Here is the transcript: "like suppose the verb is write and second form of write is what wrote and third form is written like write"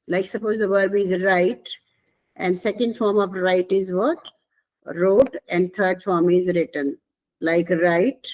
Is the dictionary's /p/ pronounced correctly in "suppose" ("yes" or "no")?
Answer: yes